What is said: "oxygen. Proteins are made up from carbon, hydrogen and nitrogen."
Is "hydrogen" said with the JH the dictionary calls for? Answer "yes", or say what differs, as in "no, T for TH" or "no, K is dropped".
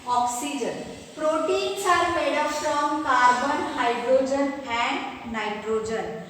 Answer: yes